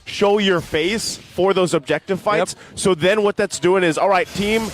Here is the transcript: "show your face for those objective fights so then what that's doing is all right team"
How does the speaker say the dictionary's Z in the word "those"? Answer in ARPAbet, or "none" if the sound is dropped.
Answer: Z